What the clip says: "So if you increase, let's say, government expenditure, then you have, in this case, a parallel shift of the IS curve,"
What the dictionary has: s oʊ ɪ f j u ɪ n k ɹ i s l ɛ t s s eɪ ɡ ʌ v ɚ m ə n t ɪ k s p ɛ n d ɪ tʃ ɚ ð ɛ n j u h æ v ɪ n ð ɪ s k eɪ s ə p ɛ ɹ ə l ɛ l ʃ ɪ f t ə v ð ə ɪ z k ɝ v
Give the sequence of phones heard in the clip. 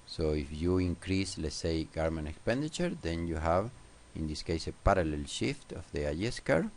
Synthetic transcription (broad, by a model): s oʊ ɪ f j u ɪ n k ɹ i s l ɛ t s s eɪ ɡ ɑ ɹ m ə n ɪ k s p ɛ n d ɪ tʃ ɚ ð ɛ n j u h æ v ɪ n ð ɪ s k eɪ s ə p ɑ ɹ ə l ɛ l ʃ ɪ f t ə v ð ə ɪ s k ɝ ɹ